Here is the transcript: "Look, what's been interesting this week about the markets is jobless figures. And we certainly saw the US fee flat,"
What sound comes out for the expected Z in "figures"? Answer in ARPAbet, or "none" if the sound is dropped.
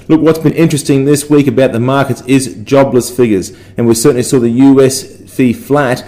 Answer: Z